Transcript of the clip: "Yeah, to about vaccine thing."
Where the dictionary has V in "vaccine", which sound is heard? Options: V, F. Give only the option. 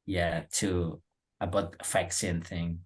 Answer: F